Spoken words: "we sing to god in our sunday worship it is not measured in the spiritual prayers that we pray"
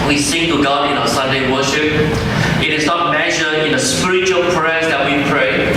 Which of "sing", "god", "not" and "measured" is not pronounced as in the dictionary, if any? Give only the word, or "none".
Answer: measured